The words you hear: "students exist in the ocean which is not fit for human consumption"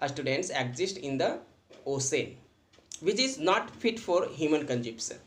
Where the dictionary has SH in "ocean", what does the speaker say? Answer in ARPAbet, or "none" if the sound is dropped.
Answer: S